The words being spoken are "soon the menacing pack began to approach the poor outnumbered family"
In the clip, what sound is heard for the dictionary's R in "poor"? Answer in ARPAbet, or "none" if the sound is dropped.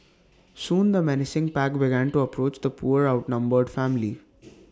R